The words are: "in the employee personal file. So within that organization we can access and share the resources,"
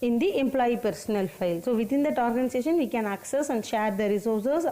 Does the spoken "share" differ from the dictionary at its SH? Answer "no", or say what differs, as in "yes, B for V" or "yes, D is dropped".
no